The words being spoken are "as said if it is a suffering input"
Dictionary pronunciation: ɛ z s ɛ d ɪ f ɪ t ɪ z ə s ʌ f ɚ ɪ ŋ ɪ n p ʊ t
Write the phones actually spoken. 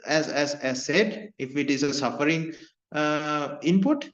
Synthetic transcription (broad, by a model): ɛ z s ɛ d ɪ f ɪ t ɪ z ə s ʌ f ɚ ɪ ŋ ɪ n p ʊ t